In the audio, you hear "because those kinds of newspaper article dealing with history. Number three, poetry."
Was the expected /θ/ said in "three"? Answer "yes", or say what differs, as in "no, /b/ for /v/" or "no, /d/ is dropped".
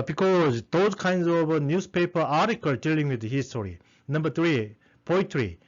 no, /t/ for /θ/